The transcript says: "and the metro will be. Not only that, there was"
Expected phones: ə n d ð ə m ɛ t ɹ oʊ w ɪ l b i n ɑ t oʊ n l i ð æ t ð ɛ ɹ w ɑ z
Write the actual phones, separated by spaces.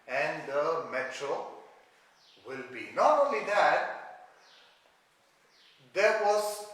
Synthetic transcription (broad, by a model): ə n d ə m ɛ t ɹ oʊ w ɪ l b i n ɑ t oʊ l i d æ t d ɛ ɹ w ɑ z